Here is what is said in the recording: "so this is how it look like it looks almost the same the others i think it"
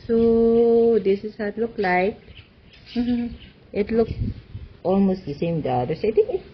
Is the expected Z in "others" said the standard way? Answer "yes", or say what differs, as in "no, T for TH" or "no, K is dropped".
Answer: no, S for Z